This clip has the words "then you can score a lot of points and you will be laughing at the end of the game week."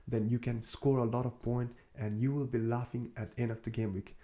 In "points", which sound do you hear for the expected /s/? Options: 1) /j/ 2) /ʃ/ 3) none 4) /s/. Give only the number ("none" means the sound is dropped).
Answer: 3